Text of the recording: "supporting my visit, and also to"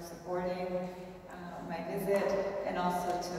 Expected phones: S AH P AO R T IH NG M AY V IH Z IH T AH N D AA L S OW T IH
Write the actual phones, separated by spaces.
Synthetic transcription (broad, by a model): S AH P AO R T IH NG M AY V IH Z IH T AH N AA L S OW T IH